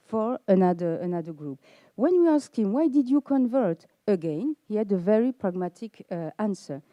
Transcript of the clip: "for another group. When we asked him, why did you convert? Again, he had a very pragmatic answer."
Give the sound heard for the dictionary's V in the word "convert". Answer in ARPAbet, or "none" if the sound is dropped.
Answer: V